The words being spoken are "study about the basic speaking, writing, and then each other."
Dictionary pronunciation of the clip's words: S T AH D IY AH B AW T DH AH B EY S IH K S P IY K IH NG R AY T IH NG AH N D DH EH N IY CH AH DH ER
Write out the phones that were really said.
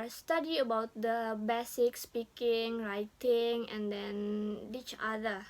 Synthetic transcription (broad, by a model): S T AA D IY AH B AW T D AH B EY S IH K S P IY K IH NG R AY T IH NG AH N D EH N IY CH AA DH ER